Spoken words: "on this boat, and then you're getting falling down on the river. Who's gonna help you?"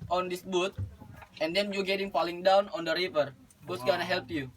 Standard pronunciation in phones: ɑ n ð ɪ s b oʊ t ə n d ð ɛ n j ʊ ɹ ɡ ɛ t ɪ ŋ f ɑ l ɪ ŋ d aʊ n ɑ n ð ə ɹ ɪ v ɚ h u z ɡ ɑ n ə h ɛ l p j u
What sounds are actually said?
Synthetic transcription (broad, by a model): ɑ n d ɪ s b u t ə n d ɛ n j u ɡ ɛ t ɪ ŋ p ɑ l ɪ ŋ d aʊ n ɑ n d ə ɹ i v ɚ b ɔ s ɡ ɑ n ə h ɛ l p j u